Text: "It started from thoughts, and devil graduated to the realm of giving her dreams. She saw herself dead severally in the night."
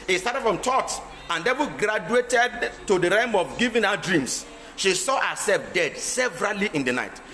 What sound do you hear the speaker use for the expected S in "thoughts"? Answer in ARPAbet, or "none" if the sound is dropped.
none